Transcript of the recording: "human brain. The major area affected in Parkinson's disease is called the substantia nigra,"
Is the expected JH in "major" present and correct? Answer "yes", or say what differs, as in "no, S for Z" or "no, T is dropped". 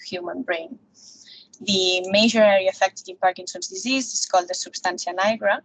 no, ZH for JH